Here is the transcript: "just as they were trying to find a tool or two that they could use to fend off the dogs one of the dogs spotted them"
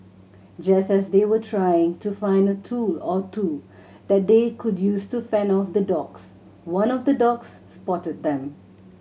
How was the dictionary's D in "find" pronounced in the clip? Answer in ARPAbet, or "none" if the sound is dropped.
D